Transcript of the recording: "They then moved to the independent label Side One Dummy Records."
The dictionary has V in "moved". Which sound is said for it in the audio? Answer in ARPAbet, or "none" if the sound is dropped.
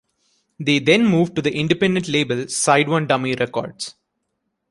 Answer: V